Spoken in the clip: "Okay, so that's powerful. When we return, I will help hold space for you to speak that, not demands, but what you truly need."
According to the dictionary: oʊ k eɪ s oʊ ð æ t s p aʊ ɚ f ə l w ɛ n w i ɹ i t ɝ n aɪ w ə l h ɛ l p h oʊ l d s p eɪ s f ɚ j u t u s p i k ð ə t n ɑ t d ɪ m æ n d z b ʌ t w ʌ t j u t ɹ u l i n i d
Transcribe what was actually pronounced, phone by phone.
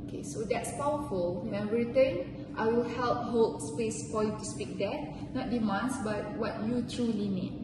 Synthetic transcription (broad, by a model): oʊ k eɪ s oʊ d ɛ t s p aʊ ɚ f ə l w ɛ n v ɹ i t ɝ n aɪ w ə l h ɛ l p h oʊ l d s p eɪ s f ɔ j u t u s p i k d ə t n ɑ t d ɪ m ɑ n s b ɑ t w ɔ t j u t ɹ u l i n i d